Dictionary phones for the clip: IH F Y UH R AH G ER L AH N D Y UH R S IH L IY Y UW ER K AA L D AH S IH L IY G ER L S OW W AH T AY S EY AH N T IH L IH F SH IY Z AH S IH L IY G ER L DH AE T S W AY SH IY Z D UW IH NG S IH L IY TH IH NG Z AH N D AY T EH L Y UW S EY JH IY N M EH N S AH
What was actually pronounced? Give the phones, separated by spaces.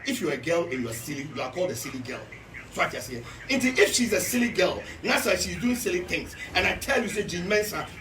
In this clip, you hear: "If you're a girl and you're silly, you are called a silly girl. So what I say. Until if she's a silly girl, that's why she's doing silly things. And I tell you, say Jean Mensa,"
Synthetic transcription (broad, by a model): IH F Y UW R AH G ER L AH N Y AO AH S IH L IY Y UW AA K AA L D AH S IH L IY G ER L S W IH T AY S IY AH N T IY IH F SH IY Z AH S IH L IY G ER L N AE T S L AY SH IY Z D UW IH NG S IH L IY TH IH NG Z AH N AY T EH L Y UW S EY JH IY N M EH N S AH